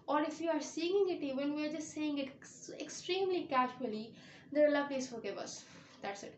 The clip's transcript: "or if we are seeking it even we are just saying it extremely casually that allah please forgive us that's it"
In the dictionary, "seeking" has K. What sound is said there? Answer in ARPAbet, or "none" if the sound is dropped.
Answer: none